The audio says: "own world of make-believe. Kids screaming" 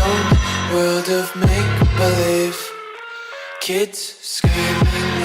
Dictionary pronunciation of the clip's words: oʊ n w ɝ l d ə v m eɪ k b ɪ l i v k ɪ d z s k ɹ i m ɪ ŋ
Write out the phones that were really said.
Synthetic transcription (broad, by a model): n w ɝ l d ə v m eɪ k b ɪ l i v k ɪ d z s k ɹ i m